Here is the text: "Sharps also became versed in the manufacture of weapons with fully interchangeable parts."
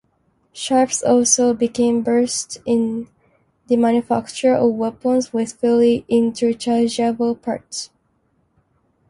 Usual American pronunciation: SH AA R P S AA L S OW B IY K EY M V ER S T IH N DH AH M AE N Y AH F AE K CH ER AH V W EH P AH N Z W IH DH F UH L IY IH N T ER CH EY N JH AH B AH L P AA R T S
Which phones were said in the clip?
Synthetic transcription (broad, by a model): SH AA R P S AA L S OW B IY K EY M B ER S T IH N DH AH M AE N Y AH F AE K CH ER AH V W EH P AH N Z W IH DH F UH L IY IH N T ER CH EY JH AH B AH L P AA R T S